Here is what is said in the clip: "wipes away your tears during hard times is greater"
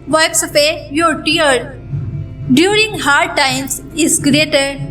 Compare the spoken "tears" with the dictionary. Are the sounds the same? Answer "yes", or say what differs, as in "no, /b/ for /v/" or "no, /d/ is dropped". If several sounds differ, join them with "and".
no, /z/ is dropped